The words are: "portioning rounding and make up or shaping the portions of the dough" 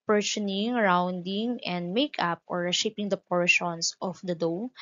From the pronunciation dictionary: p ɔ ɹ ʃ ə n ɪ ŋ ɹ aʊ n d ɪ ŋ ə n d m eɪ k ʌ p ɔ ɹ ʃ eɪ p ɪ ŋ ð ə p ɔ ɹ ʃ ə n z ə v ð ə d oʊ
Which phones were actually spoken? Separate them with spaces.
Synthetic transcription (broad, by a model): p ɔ ɹ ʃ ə n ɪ ŋ ɹ aʊ n d ɪ ŋ ə n d m eɪ k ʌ p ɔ ɹ ʃ eɪ p ɪ ŋ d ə p ɔ ɹ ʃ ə n s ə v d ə d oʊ